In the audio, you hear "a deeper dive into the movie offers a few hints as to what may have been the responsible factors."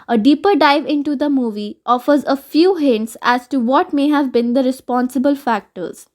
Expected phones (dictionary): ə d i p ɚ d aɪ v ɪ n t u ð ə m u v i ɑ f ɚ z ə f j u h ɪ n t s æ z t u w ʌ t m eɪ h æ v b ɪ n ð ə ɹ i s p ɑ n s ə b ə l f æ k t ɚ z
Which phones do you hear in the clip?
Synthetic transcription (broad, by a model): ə d i p ɚ d aɪ v ɪ n t u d ə m u v i ɑ f ɚ z ə f j u h ɪ n t s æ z t u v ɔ t m eɪ h æ v b ɪ n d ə ɹ i s p ɑ n s ə b ə l f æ k t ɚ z